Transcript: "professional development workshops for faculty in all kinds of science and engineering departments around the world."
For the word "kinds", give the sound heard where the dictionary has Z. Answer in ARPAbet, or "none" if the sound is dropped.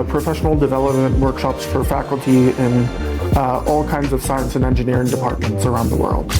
Z